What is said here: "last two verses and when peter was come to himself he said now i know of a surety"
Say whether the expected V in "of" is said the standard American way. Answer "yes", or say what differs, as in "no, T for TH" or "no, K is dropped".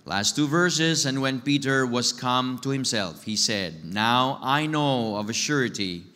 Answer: yes